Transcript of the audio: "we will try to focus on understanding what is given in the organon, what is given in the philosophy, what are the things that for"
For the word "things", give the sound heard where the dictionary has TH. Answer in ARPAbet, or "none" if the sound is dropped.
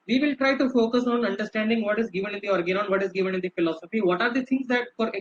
T